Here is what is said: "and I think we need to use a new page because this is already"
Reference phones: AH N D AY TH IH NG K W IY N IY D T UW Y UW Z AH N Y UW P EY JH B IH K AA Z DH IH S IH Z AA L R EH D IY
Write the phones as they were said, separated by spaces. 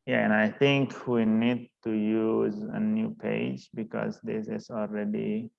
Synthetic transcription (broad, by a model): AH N AY T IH NG K W IY N IY D T UW Y UW Z AH N Y UW P EY JH B IH K AA Z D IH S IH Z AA L R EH D IY